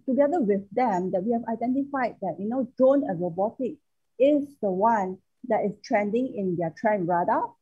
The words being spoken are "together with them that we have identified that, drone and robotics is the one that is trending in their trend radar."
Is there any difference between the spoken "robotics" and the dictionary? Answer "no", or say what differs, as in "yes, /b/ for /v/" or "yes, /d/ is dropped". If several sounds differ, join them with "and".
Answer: yes, /s/ is dropped